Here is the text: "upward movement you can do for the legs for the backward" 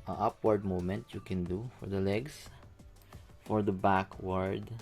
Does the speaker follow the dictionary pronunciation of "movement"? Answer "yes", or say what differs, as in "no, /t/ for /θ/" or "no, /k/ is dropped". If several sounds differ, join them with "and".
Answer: no, /v/ is dropped